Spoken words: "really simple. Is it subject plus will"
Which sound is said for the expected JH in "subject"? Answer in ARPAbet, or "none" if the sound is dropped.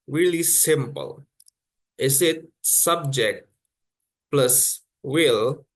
JH